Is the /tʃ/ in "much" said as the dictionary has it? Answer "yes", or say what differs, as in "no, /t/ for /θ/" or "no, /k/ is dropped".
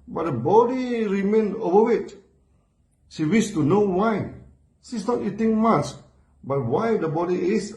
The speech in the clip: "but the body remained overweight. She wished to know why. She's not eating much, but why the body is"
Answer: no, /s/ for /tʃ/